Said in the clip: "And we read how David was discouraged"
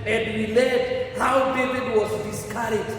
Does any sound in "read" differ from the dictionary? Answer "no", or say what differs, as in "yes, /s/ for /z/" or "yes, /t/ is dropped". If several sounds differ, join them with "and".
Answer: yes, /l/ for /ɹ/